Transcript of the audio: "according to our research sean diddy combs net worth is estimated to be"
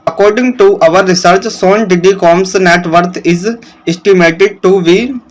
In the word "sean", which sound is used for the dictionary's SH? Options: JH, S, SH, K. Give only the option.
S